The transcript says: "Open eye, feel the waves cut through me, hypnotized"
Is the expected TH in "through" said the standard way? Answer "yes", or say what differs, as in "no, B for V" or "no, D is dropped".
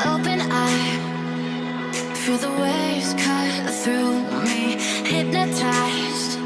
yes